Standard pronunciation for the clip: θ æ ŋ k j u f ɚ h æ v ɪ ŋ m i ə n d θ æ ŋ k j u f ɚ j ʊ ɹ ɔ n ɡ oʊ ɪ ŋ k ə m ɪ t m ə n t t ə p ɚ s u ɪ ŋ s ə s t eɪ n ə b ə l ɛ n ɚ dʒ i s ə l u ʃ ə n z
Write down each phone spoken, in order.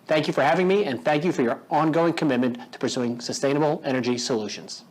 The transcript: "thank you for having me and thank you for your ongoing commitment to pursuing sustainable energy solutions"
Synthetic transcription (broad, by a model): θ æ ŋ k j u f ɚ h æ v ɪ ŋ m i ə n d θ æ ŋ k j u f ɚ j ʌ ɹ ɔ n ɡ oʊ ɪ ŋ k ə m ɪ t m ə n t t ə p ɚ s u ɪ ŋ s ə s t eɪ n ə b l ɛ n ɚ dʒ i s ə l u ʃ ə n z